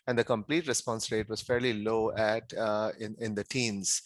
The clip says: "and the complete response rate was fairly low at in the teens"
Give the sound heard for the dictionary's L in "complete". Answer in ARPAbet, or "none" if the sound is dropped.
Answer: L